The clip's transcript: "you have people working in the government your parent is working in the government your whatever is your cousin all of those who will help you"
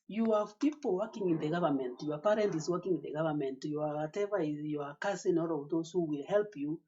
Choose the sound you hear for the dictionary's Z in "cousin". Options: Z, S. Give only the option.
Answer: S